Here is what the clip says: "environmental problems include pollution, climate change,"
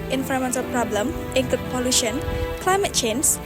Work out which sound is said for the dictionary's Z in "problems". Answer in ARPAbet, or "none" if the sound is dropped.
none